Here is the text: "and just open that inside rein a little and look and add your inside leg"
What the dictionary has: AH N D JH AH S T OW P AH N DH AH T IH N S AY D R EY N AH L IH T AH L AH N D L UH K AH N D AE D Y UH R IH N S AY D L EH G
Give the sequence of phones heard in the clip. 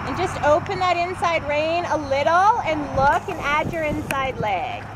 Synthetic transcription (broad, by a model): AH N JH AH S T OW P AH N DH AH T IH N S AY D R EY N AH L IH T L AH N L UH K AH N AE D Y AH R IH N S AY D L EH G